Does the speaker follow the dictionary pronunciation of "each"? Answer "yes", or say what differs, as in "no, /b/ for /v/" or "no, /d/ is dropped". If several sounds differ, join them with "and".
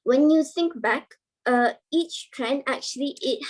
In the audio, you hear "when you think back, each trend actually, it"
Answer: yes